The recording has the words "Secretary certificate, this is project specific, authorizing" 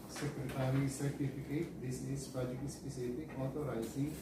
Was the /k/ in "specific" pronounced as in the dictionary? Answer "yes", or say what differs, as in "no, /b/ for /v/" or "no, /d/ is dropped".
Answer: no, /k/ is dropped